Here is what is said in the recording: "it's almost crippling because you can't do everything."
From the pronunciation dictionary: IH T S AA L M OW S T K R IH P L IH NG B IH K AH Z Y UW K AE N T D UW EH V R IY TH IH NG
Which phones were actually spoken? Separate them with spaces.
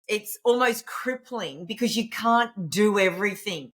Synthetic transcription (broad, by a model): IH T S AA L M OW S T K R IH P L IH NG B IH K AH Z Y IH K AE N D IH EH V R IY TH IH NG